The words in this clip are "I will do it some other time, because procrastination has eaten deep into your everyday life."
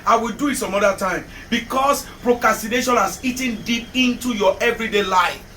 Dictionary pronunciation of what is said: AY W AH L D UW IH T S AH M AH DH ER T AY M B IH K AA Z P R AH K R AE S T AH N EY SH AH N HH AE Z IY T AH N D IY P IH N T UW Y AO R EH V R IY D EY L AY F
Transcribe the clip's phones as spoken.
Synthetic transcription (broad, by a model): AY W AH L D UW IH T S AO M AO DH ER T AY M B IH K AA S P R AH K R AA S T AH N EY SH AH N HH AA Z IY T AH N D IY P IH N T UW Y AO EH V R IY D EY L AY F